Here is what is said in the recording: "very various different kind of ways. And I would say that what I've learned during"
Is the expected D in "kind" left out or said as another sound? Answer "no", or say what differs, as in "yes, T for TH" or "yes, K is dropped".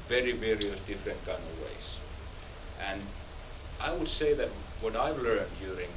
yes, D is dropped